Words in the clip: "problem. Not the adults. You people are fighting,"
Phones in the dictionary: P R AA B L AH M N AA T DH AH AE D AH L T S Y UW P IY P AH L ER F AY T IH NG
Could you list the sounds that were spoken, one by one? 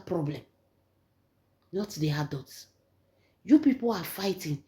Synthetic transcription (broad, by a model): P R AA B L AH M N AA T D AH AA D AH T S Y UW P IY P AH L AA F AY T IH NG